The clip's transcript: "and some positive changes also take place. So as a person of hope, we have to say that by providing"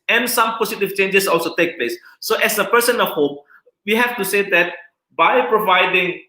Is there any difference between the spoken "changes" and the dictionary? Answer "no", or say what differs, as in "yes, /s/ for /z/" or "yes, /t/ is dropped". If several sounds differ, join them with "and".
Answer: yes, /s/ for /z/